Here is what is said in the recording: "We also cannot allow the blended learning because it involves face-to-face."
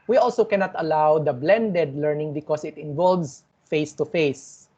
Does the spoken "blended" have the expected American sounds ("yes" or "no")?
yes